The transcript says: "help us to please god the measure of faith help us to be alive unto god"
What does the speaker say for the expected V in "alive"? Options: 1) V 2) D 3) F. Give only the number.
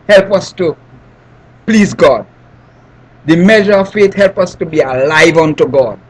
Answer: 1